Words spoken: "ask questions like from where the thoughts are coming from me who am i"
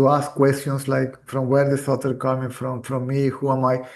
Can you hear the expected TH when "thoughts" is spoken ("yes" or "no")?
no